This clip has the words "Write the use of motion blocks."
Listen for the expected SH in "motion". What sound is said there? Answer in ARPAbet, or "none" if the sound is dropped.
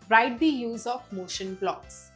SH